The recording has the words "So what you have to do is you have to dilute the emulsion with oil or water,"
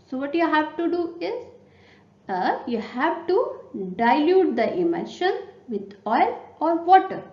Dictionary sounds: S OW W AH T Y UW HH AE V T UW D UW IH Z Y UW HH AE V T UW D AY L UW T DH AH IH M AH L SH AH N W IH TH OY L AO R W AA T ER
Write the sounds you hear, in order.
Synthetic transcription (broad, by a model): S OW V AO T Y UW HH AE V T UW D UW IH Z Y UW HH AE V T UW D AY L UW T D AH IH M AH SH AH N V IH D OY L AO R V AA T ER